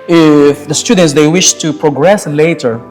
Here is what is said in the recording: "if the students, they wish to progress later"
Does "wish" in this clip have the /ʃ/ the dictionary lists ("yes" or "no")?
yes